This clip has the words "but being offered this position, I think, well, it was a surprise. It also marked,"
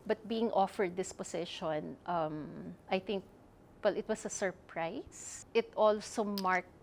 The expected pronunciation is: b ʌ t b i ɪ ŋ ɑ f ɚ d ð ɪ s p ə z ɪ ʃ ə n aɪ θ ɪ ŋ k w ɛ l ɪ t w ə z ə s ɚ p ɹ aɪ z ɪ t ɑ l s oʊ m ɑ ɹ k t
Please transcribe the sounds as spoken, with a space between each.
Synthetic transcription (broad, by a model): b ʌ t b i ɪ ŋ ɑ f ɚ d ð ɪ s p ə s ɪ ʃ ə n aɪ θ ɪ ŋ k w ɛ l ɪ t w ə s ə s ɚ p ɹ aɪ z ɪ t ɑ l s oʊ m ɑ ɹ k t